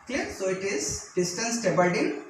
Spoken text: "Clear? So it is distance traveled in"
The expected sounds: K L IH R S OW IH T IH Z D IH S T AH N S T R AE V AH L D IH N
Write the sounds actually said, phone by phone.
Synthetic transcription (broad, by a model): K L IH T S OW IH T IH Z D IH S T AH N S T EH B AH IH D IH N